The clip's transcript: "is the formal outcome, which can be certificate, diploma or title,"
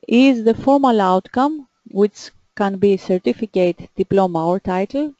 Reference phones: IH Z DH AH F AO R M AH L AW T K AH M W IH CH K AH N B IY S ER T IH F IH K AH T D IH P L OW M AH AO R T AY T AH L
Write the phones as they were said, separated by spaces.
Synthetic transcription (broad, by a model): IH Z DH AH F AO R M AH L AW T K AH M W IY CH K AH N B IY S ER T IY F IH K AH T D IH P L OW M AH AO R T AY T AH L